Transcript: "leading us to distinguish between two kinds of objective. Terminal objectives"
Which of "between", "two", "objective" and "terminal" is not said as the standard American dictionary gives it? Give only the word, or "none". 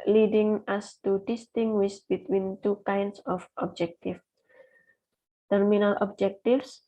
objective